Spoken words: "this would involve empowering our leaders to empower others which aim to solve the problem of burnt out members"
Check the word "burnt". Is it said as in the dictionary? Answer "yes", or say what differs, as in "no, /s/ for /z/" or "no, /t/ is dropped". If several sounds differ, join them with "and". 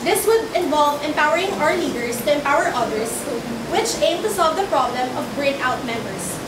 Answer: no, /t/ is dropped